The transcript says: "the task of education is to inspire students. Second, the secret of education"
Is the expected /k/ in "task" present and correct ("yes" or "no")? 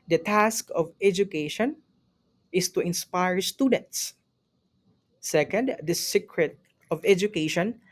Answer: yes